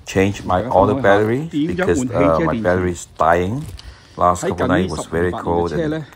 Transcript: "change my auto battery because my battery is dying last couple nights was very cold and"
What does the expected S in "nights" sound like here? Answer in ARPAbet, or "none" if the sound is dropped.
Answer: none